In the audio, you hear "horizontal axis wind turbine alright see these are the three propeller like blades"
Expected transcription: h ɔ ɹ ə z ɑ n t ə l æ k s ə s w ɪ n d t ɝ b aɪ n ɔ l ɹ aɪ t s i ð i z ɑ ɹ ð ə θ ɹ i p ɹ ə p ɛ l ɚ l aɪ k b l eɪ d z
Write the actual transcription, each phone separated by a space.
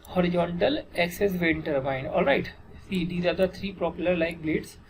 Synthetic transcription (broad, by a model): h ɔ ɹ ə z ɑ n t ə l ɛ k s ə s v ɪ n t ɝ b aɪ n ɔ l ɹ aɪ t s i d i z ɑ ɹ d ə t ɹ i p ɹ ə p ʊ l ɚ l aɪ k b l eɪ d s